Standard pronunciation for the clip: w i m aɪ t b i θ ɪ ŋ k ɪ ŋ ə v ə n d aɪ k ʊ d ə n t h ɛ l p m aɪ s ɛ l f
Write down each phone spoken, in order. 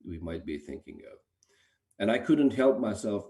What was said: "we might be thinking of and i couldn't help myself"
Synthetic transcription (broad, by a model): w i m aɪ t b i θ ɪ ŋ k ɪ ŋ ə v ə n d aɪ k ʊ d n t h ɛ l p m aɪ s ɛ l f